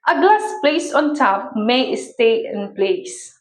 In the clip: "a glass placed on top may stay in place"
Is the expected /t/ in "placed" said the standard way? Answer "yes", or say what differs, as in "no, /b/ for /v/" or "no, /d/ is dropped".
no, /t/ is dropped